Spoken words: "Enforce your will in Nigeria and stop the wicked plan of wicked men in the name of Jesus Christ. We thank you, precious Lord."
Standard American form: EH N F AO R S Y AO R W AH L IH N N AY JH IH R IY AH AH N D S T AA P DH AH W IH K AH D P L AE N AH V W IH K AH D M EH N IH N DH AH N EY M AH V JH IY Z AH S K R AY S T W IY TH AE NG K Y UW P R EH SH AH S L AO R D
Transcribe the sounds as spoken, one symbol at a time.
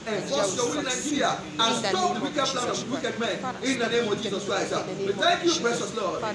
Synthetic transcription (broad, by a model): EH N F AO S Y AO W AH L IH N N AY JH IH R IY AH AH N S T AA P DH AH W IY K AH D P L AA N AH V W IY K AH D M EH N IH N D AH N EY M AH V JH IY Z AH S K R AY S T W IY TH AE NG K Y UW B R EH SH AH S L AO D